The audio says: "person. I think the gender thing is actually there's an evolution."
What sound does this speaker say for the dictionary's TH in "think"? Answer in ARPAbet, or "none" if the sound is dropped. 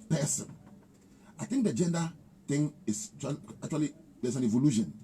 T